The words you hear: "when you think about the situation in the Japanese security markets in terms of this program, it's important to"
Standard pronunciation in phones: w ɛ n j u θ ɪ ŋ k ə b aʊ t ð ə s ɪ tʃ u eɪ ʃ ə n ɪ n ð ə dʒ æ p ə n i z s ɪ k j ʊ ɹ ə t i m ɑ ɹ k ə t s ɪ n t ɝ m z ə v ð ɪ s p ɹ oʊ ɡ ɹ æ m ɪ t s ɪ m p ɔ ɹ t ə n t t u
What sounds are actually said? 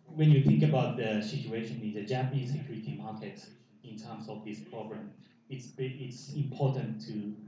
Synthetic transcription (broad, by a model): w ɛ n j u θ ɪ ŋ k ə b aʊ t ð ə s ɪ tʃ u eɪ ʃ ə n ɪ n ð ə dʒ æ p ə n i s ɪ k j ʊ ɹ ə t i m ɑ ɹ k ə t ɪ n t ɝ m s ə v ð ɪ s p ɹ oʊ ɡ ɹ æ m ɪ t s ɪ m p ɔ t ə n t t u